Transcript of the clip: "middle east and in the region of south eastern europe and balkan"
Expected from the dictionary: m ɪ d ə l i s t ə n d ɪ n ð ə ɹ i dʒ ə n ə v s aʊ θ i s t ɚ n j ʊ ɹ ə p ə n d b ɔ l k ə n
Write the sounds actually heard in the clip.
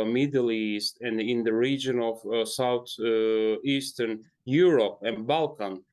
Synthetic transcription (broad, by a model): m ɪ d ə l i s t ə n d ɪ n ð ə ɹ i dʒ ə n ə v s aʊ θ i s t ɚ n j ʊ ɹ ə p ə n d b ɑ l k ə n